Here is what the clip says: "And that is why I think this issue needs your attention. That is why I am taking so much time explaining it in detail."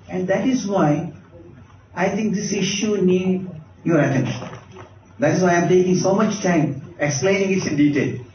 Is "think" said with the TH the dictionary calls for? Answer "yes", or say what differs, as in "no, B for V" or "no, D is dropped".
no, T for TH